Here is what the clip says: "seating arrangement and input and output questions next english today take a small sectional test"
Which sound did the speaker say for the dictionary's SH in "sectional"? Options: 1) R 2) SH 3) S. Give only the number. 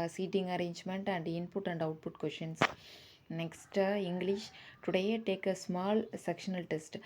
2